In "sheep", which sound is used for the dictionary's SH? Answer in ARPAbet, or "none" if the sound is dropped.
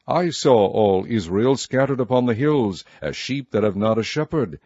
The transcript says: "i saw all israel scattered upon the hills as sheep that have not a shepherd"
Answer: SH